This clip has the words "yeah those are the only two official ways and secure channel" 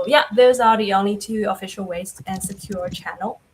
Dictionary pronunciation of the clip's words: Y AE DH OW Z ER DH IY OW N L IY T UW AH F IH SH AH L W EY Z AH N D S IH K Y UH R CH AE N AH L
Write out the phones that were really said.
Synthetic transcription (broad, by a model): Y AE DH OW Z ER DH IY OW N L IY T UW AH F IH SH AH L W EY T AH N S IH K Y UH R CH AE N L